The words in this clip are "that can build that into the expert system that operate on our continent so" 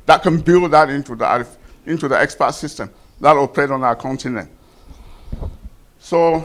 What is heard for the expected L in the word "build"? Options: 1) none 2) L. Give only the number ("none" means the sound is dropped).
2